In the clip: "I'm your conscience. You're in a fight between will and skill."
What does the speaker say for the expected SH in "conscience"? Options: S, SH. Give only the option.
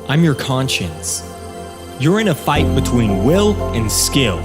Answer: SH